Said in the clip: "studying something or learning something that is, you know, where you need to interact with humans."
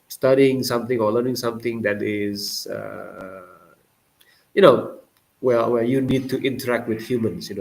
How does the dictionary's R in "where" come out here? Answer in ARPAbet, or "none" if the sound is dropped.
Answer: W